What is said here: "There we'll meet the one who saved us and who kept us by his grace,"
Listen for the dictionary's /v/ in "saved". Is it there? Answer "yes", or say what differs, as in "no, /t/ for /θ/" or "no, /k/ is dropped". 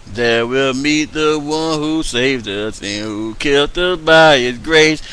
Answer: yes